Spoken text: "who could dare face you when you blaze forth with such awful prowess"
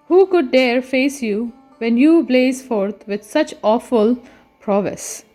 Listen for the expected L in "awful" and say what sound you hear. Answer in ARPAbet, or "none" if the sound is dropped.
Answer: L